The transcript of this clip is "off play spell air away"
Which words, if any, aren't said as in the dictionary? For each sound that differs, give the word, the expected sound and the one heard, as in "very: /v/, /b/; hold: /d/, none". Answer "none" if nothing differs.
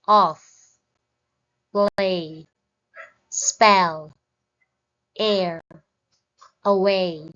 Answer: play: /p/, /b/